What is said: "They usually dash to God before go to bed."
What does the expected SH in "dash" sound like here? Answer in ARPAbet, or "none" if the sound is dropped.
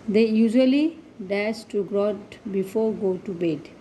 S